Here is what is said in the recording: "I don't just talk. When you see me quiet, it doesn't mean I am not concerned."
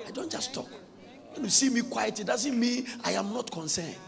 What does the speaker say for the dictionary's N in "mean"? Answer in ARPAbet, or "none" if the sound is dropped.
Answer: none